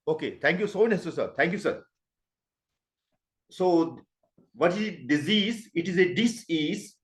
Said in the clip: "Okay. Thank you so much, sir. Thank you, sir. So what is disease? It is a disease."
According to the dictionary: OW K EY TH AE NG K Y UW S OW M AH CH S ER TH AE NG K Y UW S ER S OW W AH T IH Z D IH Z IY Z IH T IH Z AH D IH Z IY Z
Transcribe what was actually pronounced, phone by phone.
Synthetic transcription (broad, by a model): OW K EY T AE NG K Y UW S OW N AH S S ER T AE NG K Y UW S ER S OW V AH T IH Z D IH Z IY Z IH T IH Z AH D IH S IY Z